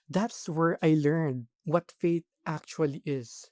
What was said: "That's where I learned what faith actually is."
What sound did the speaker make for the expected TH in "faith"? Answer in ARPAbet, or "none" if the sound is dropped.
T